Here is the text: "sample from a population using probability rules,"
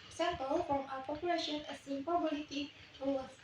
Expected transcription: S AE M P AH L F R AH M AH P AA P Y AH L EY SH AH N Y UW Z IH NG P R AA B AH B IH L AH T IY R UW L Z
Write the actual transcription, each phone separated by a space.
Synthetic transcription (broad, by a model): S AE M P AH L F R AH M AH P AA P Y AH L EY SH AH N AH S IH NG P AA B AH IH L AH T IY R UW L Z